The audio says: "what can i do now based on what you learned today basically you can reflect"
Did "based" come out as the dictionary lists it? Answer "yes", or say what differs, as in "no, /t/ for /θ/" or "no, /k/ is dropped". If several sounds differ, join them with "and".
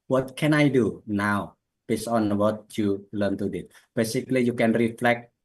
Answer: no, /t/ is dropped